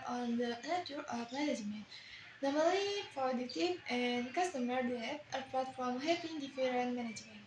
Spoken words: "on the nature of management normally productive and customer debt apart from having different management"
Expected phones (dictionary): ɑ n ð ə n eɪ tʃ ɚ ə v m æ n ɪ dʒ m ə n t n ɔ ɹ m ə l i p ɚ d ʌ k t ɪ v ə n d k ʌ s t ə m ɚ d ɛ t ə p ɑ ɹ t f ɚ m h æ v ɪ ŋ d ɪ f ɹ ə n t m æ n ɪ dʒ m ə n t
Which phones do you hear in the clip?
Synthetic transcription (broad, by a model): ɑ n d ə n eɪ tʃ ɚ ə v m æ n ɪ dʒ m ə n t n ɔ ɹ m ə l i f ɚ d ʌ t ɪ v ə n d k ʌ s t ə m ɚ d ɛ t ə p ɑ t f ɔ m h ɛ p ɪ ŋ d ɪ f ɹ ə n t m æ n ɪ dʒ m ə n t